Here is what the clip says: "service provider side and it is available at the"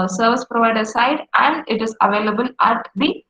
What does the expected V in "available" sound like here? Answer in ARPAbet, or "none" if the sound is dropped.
V